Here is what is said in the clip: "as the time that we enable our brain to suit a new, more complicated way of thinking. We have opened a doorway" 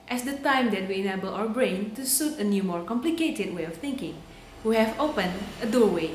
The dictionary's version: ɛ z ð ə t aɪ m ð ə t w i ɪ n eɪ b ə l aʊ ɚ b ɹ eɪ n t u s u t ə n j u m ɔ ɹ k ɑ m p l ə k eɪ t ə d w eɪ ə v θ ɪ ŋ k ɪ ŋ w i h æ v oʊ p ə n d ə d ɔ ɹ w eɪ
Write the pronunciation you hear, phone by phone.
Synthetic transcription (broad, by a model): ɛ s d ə t aɪ m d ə t w i ɪ n eɪ b ə l aʊ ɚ b ɹ eɪ n t u s u t ə n j u m ɔ ɹ k ɑ m p l ə k eɪ t ə d w eɪ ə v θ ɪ ŋ k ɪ ŋ w i h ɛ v oʊ p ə n ə d ɔ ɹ w eɪ